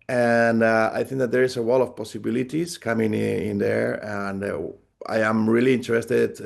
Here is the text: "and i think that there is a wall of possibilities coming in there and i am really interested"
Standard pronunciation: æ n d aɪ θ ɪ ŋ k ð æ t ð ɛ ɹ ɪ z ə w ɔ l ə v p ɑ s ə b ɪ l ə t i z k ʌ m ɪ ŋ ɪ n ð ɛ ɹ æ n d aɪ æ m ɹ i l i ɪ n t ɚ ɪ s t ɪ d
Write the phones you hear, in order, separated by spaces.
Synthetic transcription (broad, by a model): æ n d aɪ θ ɪ ŋ k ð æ t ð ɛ ɹ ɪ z ə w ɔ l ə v p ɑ s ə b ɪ l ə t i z k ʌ m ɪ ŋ ɪ n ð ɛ ɹ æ n d aɪ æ m ɹ i l i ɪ n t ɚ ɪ s t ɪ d